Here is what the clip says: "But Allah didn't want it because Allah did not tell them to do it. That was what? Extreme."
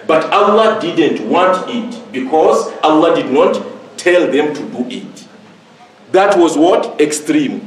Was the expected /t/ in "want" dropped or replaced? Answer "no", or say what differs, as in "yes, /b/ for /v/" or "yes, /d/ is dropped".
no